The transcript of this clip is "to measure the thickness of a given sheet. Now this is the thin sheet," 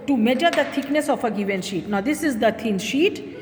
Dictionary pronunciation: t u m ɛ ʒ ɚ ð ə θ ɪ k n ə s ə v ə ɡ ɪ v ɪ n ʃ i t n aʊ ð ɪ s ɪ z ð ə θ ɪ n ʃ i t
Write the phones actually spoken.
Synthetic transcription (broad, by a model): t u m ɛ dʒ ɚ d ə t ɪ k n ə s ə f ə ɡ ɪ v ɪ n ʃ i t n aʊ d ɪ s ɪ z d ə t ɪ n ʃ i t